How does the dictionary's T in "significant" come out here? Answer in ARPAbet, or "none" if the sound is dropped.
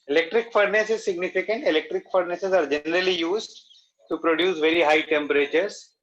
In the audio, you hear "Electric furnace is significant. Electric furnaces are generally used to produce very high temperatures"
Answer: T